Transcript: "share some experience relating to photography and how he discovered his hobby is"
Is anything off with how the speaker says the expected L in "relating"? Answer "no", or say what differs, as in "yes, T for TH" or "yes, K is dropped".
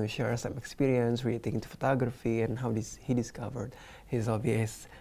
yes, L is dropped